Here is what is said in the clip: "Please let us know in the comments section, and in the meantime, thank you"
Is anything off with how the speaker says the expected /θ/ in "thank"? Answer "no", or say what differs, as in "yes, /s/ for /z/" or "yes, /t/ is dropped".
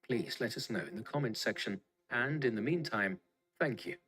no